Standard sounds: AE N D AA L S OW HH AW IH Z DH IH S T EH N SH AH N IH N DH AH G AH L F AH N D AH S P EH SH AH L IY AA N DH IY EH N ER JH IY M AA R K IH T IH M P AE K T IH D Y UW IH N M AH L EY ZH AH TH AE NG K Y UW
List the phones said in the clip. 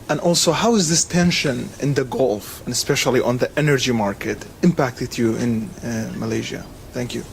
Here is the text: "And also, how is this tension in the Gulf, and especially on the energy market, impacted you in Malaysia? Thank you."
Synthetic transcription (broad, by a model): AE N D AA L S OW HH AW IH Z DH IH S T EH N SH AH N IH N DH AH G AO L F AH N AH S P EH SH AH L IY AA N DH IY EH N ER JH IY M AA R K IH T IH M P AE K T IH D Y UW IH N M AH L EY ZH AH TH AE NG K Y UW